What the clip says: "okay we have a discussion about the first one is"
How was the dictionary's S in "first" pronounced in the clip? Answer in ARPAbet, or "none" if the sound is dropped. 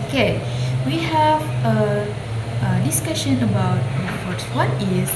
none